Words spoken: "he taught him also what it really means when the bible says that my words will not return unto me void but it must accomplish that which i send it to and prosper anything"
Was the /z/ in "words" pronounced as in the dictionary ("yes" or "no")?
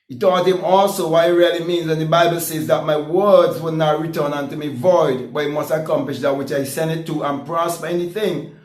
yes